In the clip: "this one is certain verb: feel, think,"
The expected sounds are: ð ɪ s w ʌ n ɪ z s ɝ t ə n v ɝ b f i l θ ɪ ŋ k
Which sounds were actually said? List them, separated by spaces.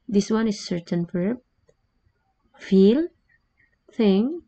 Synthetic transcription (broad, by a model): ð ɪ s w ʌ n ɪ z s ɝ t ə n f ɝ f i l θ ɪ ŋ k